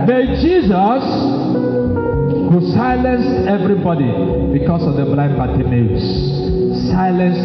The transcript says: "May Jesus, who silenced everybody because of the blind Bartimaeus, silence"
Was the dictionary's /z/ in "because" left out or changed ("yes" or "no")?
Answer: yes